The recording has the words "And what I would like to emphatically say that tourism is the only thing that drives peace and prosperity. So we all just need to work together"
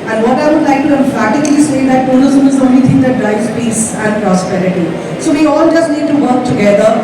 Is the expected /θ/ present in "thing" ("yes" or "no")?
no